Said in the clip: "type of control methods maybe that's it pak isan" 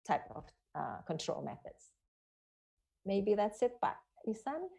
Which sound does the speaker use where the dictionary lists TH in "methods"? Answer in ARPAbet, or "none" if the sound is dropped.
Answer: TH